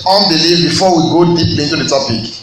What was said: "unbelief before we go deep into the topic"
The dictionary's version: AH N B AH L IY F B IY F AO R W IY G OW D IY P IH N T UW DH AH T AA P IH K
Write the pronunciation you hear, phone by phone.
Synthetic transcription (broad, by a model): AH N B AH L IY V B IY F AO W IY G OW D IY P IH N T UW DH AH T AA P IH K